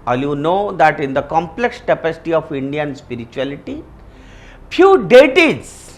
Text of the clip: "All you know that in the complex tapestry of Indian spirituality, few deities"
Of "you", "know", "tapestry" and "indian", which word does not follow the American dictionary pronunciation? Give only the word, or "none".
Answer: tapestry